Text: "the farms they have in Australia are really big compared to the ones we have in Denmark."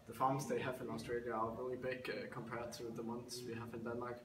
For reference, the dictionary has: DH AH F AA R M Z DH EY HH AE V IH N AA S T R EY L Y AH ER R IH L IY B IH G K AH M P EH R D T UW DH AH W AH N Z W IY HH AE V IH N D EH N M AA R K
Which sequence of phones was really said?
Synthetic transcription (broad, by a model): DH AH F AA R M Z DH EY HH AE V IH N AA S T R EY L Y AH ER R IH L IY B IH G K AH M P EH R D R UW DH AH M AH N S W IY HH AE V IH N D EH N M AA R K